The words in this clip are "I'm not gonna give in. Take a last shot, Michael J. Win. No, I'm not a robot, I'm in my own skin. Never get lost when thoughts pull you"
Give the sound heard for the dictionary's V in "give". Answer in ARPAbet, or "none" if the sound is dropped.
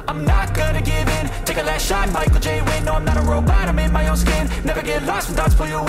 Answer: V